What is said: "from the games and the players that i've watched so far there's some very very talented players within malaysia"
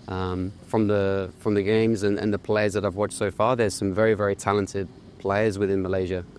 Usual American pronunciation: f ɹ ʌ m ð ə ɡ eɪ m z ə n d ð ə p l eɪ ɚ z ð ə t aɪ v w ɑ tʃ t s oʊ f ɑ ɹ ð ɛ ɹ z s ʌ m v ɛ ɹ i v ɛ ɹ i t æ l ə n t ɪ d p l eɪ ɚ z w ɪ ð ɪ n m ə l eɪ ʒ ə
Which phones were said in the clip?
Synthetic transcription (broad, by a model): f ɹ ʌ m ð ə ɡ eɪ m z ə n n ð ə p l eɪ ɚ z ð ə t aɪ v w ɑ tʃ t s oʊ f ɑ ɹ ð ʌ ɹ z s ʌ m v ɛ ɹ i v ɛ ɹ i t æ l ə n t ɪ d p l eɪ ɚ z w ɪ ð ɪ n m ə l eɪ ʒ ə